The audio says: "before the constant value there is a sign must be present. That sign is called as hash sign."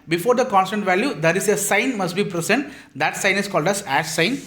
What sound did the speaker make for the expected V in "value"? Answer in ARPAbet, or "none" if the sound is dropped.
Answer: V